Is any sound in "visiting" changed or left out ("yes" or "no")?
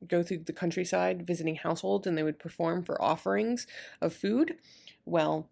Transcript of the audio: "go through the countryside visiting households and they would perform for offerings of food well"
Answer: no